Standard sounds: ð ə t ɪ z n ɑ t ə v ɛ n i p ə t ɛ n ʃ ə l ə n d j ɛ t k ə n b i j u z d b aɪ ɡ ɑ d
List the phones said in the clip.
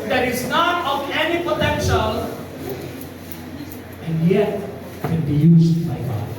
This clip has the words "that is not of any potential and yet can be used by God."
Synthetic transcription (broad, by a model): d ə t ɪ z n ɑ t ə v ɛ n i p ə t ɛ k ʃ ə n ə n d j ɛ t k ə n b i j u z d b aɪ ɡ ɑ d